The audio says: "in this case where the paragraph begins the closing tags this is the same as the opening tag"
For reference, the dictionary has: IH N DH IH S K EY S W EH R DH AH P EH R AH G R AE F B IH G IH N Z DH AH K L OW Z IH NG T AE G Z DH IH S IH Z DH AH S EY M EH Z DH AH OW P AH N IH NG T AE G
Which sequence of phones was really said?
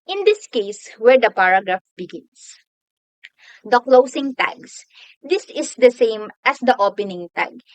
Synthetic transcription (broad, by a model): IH N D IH S K EY S W EH R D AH P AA R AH G R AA F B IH G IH N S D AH K L OW S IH NG T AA G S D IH S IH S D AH S EY M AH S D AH OW P AH N IH NG T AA G